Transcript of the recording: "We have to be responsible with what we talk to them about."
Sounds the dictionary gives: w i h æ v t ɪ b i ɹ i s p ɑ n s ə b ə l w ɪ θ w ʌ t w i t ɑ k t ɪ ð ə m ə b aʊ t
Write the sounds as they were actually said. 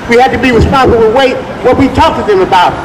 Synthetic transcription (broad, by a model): w i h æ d t ɪ b i w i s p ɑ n ə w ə w ɪ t w ʌ t w i t ɑ k t ɪ ð ə m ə b aʊ t